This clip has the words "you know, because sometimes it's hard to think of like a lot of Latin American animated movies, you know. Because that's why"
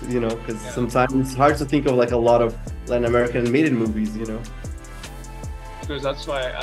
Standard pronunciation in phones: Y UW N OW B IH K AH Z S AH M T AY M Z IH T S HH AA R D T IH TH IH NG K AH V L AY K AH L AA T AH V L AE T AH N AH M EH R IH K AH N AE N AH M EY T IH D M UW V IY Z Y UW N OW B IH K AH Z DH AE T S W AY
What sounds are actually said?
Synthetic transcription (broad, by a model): Y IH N OW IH K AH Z S AH M T AY M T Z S HH AA R D T IH TH IH NG K AH V L AY K AH L AA T AH V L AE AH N AH M EH R IH K AH N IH N M EY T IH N M UW V IY Z Y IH N OW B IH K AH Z DH AE T S W AY